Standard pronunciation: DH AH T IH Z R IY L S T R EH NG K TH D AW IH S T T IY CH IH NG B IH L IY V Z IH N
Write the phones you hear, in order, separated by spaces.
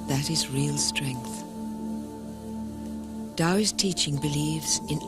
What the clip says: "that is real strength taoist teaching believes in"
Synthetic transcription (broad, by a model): DH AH T IH Z R IY L S T R EH NG K TH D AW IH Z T T IY CH IH NG B IH L IY V Z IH N